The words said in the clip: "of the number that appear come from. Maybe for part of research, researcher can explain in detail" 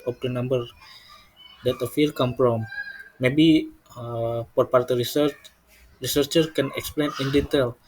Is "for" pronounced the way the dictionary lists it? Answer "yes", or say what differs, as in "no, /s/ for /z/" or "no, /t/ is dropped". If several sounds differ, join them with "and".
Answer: no, /p/ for /f/